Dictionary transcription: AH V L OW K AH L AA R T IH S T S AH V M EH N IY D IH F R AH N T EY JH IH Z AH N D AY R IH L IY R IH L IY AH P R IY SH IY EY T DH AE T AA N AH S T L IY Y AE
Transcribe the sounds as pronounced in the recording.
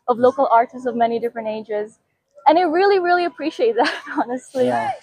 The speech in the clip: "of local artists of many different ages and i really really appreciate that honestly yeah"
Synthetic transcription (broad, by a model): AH V L OW K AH L AA R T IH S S AH V M EH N IY D IH F R AH N T EY JH IH Z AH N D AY R IH L IY R IH L IY AH P R IY SH IY EY T DH AE T AA N AH S T L IY